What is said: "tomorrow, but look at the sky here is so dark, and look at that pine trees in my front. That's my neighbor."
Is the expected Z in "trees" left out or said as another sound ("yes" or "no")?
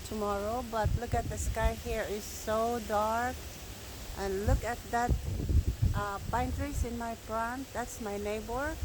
yes